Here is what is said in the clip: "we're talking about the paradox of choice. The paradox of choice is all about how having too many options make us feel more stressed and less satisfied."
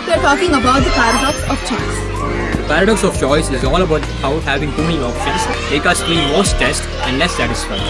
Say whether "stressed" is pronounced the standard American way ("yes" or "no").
no